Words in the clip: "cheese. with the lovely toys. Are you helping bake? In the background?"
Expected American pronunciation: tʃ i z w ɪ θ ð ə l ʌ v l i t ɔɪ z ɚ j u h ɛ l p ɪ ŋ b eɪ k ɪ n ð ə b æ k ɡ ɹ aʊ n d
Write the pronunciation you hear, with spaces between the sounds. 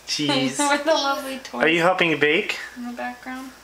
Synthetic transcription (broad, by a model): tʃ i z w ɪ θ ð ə l ʌ v l i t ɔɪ ɚ j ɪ h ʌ p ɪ ŋ b eɪ k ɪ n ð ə b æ k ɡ ɹ aʊ n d